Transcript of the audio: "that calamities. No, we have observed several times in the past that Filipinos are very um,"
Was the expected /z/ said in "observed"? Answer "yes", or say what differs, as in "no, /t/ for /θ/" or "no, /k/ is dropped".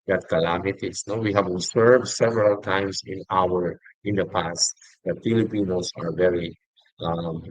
no, /s/ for /z/